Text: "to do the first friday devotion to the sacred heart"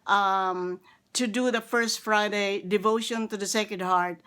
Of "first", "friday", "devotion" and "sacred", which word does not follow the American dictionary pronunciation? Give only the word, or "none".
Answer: sacred